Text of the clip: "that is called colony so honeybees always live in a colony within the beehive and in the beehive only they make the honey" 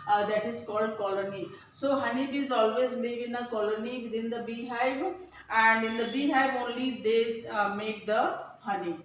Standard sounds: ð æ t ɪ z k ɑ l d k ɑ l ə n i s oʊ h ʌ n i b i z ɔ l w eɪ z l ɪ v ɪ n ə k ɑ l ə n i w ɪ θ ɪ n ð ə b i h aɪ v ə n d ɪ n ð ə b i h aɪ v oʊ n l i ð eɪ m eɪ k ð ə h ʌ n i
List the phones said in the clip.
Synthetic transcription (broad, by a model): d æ t ɪ z k ɑ l d k ɑ l ə n i s oʊ h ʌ n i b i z ɔ l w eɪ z l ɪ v ɪ n ə k ɑ l ə n i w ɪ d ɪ n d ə b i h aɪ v ə n d ɪ n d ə b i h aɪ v oʊ n l i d eɪ m eɪ k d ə h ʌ n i